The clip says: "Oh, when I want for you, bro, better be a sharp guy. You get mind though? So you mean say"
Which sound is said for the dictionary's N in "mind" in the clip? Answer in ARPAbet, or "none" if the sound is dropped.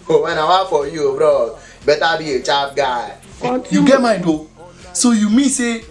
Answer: none